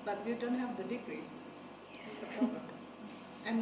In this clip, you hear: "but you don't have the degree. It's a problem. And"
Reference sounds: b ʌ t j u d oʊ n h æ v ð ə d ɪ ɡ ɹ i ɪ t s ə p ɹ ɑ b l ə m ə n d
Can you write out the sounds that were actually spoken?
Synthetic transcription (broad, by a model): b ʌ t j u d oʊ n h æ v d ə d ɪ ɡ ɹ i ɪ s ə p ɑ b ə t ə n